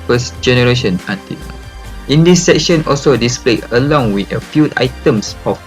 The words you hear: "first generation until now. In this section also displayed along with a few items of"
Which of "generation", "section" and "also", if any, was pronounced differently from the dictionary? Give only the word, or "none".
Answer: none